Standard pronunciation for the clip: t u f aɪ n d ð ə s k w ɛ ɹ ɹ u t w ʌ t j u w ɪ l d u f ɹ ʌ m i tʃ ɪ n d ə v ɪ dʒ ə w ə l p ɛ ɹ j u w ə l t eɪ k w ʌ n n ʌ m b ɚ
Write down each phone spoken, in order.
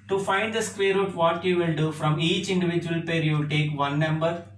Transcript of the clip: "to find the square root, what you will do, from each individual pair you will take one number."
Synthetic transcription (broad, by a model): t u f aɪ n d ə s k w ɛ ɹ ɹ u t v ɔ t j u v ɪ l d u f ɹ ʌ m i tʃ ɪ n d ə v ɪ dʒ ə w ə l p ɛ ɹ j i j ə t eɪ k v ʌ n n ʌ m b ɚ